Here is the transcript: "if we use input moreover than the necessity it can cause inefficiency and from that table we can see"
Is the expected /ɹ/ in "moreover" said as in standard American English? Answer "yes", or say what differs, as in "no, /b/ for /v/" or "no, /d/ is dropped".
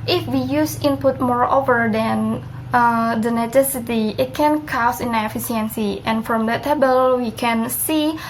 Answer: yes